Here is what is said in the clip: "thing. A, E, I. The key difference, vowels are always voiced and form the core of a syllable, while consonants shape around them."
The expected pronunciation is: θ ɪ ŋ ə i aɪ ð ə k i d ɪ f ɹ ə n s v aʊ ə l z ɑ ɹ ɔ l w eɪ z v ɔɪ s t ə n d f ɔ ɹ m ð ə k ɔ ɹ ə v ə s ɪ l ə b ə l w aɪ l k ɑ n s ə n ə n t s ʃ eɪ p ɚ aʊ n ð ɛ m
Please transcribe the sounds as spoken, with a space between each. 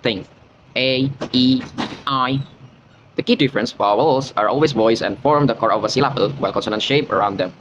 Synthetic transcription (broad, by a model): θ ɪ ŋ ə i aɪ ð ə k i d ɪ f ɹ ə n s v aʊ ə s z ɑ ɹ ɔ l w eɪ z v ɔɪ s ə n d f ɔ ɹ m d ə k ɔ ɹ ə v ə s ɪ l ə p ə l w aɪ l k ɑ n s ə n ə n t ʃ eɪ p ɚ aʊ n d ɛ m